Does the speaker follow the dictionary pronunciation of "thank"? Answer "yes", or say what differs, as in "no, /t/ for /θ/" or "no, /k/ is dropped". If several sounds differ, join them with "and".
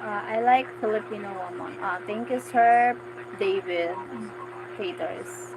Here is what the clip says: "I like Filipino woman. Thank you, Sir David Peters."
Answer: no, /t/ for /θ/